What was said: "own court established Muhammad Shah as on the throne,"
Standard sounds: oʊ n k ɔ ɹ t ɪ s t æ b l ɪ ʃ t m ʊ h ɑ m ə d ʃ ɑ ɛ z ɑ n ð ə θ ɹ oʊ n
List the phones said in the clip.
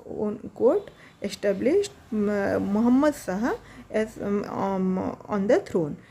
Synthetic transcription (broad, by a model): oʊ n k ɔ ɹ t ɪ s t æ b l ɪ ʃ t m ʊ h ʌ m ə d s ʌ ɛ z ɑ n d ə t ɹ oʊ n